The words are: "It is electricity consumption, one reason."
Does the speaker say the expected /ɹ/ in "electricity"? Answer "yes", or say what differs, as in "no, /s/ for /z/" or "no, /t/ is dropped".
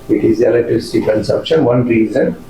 no, /ɹ/ is dropped